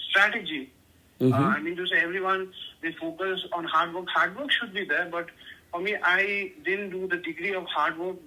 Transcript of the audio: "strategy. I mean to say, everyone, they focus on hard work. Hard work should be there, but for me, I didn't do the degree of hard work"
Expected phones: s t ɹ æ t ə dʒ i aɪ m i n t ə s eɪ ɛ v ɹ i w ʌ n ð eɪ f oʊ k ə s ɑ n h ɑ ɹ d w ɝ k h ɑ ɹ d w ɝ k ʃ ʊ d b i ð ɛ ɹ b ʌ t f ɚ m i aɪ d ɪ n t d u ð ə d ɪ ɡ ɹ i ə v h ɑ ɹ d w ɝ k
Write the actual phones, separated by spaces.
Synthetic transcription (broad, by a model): s t ɹ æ t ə dʒ i aɪ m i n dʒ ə s eɪ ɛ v ɹ i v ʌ n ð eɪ f oʊ k ə s ɑ n h ɑ ɹ d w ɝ k h ɑ ɹ d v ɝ k ʃ ʊ d b i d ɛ ɹ b ʌ t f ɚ m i aɪ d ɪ n d u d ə d ɪ ɡ ɹ i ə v h ɑ ɹ d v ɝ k